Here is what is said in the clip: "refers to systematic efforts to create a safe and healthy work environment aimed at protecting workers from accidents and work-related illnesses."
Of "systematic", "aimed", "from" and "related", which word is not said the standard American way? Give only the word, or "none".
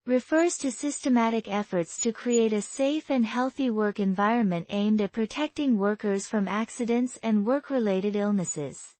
none